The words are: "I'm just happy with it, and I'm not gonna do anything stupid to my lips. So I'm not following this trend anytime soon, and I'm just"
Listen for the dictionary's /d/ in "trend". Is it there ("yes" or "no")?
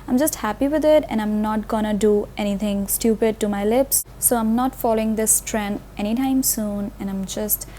no